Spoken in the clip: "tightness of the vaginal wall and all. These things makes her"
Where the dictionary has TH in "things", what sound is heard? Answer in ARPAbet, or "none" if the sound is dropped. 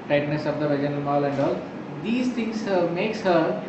T